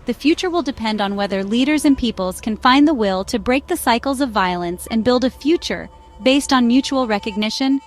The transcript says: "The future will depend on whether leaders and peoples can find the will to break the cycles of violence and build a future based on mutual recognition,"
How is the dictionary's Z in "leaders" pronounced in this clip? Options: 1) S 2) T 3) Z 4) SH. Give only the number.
3